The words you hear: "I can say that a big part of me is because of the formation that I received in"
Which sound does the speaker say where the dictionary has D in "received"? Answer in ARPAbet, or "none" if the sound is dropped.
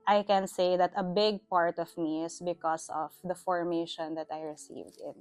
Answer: D